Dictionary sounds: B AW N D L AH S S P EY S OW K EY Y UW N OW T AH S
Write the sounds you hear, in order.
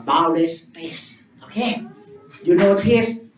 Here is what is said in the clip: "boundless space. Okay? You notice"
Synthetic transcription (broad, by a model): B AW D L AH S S EY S OW K EY Y UW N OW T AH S